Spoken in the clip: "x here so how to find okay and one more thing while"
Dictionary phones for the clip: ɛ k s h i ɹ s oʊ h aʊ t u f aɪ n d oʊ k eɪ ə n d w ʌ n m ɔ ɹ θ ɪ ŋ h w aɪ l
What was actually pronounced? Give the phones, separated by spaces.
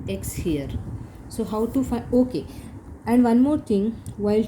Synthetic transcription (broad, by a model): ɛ k s h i ɹ s oʊ h aʊ t u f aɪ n oʊ k eɪ ə n d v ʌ n m ɔ ɹ t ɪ ŋ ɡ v aɪ l